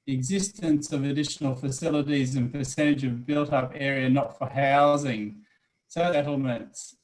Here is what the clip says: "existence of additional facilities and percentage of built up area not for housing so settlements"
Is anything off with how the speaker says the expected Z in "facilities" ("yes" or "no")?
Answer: no